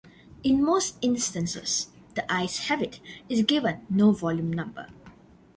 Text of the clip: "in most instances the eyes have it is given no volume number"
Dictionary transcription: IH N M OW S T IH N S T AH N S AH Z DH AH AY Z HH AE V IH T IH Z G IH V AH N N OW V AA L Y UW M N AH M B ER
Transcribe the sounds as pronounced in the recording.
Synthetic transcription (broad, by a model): IH N M OW S T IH N S T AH N S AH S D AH AY S HH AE B IH T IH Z G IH V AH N N OW V AA L Y UW M N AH M B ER